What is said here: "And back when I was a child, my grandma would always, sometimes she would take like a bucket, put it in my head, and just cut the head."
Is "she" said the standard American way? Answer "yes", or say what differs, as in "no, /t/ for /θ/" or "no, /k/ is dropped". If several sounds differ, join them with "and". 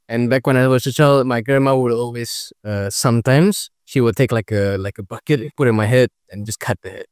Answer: yes